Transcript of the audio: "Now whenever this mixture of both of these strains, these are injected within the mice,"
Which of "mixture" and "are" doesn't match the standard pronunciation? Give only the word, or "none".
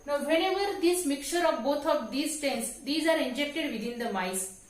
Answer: mixture